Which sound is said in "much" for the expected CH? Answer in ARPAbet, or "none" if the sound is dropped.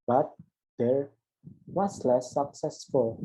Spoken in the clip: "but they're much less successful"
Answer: S